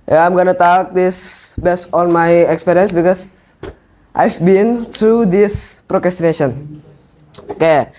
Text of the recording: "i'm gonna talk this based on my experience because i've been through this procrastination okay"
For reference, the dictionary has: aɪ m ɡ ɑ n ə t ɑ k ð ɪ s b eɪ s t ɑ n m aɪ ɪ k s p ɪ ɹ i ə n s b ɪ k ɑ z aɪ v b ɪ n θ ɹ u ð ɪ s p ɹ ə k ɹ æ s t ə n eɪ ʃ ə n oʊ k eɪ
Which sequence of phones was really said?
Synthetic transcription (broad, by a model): aɪ m ɡ ɑ n ə t ɑ k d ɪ s b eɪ s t ɑ n m aɪ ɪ k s p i ɹ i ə n s b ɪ k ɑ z aɪ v b ɪ n t ɹ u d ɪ s p ɹ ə k ɹ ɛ s t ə n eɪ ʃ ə n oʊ k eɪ